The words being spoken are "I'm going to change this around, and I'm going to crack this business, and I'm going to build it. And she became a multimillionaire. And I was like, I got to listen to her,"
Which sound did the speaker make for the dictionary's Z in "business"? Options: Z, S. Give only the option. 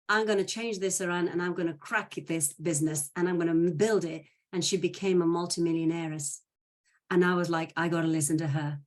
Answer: Z